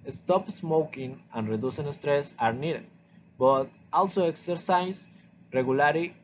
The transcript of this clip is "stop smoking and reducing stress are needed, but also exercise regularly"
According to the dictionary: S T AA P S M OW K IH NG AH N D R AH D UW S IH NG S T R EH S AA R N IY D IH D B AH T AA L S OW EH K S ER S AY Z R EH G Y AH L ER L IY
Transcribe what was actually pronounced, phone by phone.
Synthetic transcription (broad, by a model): S T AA P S M OW K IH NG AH N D R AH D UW S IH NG S T R EH S AA R N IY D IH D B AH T AA L S OW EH K S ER S AY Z R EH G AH L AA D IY